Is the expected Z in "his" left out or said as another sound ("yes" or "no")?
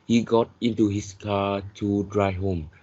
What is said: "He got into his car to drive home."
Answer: yes